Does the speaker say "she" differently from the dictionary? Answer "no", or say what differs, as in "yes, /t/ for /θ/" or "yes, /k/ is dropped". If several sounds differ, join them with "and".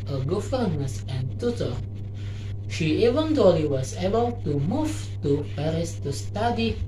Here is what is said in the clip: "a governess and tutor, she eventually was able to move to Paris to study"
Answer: no